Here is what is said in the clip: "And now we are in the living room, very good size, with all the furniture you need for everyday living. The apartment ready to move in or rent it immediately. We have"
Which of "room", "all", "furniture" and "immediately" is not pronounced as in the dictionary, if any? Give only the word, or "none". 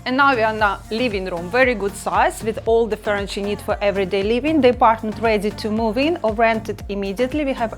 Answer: furniture